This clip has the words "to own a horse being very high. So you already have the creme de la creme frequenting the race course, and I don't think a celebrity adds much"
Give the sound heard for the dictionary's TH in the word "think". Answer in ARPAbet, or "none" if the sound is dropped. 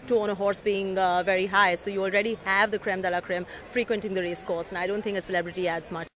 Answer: T